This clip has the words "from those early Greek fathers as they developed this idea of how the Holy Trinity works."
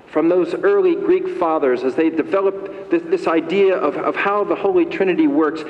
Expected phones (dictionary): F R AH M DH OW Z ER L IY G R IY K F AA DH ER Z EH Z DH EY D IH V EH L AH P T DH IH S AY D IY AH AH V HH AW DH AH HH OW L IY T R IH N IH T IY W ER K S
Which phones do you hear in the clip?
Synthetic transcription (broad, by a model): F R AH M DH OW Z ER L IY G R IY K F AA DH ER Z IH Z DH EY D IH V EH L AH P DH DH IH S AY D IY AH AH V HH AW DH AH HH OW L IY T R IH N IH T IY W ER K S